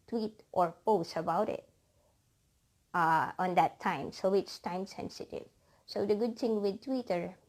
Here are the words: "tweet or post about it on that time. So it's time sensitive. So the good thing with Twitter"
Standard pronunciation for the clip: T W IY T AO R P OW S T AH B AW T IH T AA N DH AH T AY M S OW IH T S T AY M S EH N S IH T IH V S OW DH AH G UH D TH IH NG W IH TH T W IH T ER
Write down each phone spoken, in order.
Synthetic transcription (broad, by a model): T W IY T AO R P OW S T AH B AW T IH T AA N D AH T AY M S OW IH T S T AY M S EH N S IH T IH V S OW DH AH G UH D T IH NG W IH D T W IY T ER